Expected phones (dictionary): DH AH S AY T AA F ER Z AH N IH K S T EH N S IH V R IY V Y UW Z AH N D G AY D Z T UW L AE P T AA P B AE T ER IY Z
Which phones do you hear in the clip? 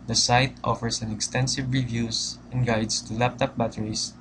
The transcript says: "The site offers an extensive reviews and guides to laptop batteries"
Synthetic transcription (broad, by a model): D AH S AY T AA F ER S AH N IH K S T EH N S IH V R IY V Y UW S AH N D G AY D S T UW L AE P T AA P B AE T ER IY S